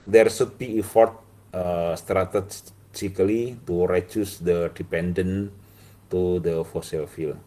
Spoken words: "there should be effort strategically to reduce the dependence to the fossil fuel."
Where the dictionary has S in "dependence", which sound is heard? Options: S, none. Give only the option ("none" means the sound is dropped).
none